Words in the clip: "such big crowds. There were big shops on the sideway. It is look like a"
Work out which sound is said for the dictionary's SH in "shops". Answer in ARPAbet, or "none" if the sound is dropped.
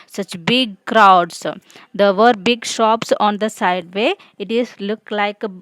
SH